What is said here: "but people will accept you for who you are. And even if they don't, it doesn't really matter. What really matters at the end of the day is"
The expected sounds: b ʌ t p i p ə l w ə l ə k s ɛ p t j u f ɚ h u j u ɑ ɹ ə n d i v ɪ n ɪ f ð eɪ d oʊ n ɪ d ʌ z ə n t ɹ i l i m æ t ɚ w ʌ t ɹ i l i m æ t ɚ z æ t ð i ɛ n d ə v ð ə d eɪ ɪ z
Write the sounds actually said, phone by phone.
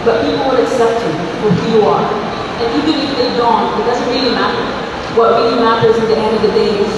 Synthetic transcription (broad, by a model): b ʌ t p i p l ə n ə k s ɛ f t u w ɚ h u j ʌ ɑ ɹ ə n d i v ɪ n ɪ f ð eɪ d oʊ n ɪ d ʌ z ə n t ɹ i l i m æ t ɚ w ʌ t ɹ i l i m æ t ɚ z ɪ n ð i ɛ n d ə v ð ə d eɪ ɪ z